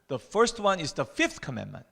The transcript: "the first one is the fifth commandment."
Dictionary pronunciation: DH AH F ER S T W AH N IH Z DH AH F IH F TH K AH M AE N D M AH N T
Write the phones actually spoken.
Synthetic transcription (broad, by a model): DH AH F ER S T W AH N IH Z DH AH F IH F TH K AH M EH N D M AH N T